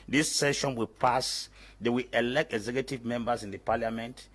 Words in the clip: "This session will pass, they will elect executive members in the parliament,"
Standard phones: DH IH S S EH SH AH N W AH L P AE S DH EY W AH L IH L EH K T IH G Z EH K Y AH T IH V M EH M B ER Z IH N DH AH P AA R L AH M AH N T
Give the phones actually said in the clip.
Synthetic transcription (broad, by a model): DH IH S S EH SH AH N W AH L P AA S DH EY W AH L IH L EH K T IH G Z EH K Y AH T IH V M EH M B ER S IH N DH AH P AA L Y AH M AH N T